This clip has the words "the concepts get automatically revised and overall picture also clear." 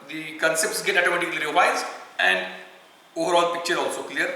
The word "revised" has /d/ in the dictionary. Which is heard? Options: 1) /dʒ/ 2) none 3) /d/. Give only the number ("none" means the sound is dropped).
2